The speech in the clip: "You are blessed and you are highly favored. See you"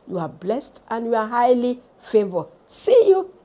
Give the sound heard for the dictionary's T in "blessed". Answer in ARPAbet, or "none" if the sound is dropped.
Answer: T